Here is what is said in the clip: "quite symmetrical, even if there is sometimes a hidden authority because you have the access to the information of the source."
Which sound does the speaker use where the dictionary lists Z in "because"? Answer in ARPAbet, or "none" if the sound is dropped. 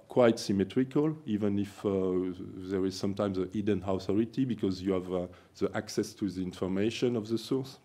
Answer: Z